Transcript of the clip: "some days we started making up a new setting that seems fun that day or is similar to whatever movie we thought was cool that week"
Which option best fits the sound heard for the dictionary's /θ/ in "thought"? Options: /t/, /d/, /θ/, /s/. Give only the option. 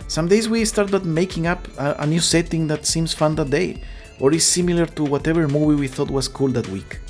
/θ/